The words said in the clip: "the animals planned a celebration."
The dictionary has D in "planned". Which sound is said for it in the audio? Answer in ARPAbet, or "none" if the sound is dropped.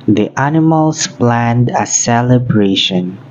D